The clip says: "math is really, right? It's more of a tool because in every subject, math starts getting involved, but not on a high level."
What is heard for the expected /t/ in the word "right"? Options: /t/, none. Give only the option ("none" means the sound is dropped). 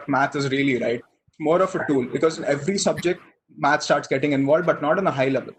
none